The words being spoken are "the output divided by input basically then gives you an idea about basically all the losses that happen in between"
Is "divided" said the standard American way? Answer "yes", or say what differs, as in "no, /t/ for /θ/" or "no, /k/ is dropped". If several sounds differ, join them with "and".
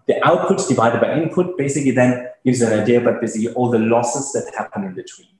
yes